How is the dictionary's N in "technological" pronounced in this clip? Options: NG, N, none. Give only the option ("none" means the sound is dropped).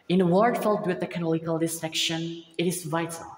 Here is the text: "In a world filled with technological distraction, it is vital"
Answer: none